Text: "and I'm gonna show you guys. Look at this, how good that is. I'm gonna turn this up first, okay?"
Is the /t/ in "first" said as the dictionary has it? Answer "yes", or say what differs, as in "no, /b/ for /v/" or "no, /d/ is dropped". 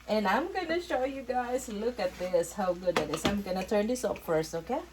no, /t/ is dropped